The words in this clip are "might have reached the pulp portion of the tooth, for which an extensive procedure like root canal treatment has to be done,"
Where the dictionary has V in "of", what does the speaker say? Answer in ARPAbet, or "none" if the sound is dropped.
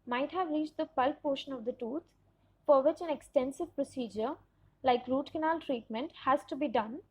V